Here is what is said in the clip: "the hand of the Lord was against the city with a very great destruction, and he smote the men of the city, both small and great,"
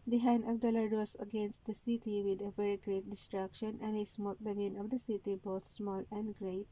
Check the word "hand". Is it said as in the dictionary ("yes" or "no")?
no